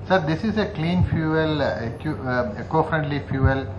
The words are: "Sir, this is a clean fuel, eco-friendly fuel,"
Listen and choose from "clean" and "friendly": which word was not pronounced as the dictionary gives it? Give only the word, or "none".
none